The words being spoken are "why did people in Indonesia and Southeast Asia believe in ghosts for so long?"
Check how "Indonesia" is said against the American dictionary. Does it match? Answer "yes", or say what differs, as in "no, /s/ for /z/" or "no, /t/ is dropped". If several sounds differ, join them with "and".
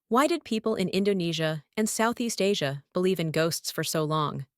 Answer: yes